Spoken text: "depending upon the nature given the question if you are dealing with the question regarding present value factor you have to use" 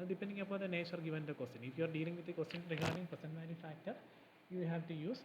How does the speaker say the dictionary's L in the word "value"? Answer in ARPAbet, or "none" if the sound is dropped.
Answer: N